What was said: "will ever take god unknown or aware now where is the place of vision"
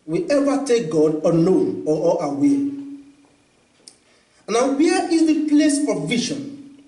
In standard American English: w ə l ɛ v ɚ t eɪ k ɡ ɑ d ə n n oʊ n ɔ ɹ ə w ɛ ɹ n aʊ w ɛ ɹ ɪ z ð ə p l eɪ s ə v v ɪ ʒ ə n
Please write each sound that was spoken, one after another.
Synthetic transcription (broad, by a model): w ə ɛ v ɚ t eɪ k ɡ ɑ d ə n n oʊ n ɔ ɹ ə w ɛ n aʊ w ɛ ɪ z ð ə p l eɪ s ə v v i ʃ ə n